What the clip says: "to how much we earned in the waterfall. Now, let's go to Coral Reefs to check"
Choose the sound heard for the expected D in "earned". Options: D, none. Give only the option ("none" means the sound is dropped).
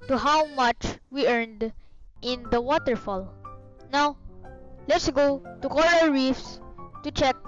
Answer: D